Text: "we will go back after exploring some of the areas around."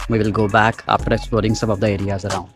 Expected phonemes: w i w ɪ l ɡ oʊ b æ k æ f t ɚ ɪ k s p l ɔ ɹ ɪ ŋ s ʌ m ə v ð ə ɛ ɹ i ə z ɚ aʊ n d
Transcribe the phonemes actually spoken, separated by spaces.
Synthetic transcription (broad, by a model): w i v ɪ l ɡ oʊ b æ k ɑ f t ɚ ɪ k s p ɔ ɹ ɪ ŋ s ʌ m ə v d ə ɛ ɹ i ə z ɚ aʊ n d